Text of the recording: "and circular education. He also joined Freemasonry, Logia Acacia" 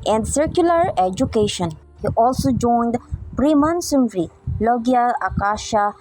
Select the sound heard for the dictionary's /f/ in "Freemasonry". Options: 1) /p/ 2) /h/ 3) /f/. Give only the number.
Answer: 1